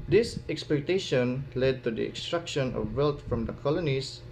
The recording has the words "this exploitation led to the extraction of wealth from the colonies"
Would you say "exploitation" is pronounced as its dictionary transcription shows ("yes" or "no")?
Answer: no